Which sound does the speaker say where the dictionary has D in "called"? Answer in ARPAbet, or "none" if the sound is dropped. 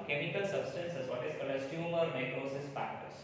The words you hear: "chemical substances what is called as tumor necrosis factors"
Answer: none